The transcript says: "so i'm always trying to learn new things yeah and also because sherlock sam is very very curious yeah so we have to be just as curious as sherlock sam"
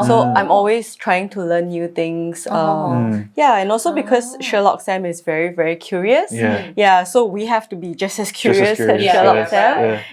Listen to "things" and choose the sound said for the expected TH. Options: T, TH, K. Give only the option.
T